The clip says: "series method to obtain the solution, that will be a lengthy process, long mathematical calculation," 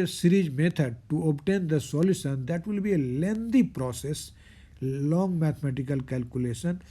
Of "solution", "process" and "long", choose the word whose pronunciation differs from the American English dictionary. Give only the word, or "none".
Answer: solution